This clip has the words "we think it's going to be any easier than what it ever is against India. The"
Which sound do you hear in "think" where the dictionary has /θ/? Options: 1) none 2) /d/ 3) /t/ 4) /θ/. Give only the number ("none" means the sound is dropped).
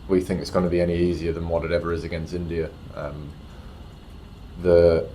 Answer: 4